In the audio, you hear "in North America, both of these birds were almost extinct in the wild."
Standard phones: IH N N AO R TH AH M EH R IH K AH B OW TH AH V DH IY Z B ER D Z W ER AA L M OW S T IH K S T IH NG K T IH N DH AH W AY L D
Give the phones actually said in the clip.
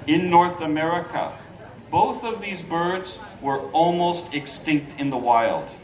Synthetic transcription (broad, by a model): IH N N AO R TH AH M EH R IH K AH B OW TH AH V DH IY Z B ER D Z W ER AA L M OW S T IH K S T IH NG K T IH N DH AH W AY L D